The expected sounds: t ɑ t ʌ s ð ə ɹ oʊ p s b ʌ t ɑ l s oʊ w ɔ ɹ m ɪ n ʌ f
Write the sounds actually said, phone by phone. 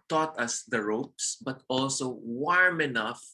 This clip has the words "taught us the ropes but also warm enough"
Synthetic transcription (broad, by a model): t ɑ t ʌ s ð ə ɹ oʊ p s b ʌ t ɑ l s oʊ w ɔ ɹ m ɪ n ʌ f